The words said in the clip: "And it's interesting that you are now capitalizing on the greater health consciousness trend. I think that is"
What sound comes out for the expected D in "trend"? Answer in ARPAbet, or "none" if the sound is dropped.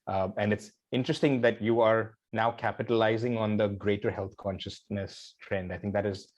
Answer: D